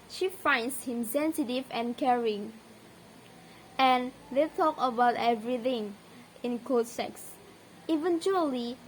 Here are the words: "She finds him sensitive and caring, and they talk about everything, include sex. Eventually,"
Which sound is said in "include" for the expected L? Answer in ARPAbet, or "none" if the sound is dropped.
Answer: none